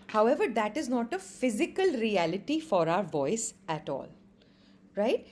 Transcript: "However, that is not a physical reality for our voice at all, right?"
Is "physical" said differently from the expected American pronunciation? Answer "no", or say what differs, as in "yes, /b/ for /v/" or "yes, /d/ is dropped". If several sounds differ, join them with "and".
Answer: no